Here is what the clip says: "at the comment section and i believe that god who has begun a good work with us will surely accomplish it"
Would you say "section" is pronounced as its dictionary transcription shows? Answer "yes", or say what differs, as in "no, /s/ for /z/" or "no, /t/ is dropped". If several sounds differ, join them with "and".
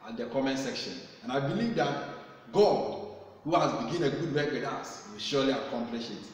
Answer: yes